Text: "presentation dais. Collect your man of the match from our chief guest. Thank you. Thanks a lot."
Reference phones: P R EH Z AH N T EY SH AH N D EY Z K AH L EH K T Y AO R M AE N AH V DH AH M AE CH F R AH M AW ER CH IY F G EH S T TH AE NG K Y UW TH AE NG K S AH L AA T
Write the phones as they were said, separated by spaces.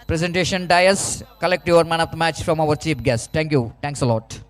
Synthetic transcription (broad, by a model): P R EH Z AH N T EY SH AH N D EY S K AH L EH K T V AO R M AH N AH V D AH M AE CH F R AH M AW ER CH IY P G EH S T T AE NG K Y UW T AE NG K S AH L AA T